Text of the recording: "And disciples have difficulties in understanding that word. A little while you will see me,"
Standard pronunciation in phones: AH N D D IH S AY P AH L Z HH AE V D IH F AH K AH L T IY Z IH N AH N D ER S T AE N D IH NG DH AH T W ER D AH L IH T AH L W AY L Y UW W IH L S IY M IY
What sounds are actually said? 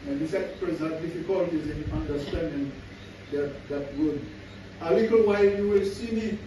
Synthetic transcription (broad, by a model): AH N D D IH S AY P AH Z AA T D IH F AH K AH L T IY Z IH N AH N D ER S T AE N D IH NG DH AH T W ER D AH L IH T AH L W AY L Y UW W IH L S IY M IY